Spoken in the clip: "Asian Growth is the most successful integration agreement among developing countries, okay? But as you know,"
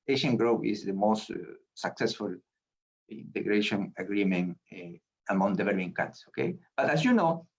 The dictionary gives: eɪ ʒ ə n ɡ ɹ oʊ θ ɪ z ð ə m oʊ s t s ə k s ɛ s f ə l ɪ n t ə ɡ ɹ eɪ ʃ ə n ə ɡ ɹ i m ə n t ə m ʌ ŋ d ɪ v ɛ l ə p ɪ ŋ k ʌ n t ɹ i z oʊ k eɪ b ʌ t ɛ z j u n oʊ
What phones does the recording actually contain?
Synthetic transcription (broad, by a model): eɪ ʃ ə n ɡ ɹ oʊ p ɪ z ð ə m oʊ s t s ə k s ɛ s f ə l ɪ n t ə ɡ ɹ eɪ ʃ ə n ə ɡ ɹ i m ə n ə m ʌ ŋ d ɪ v ɛ l ə p ɪ ŋ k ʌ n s oʊ k eɪ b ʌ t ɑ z j u n oʊ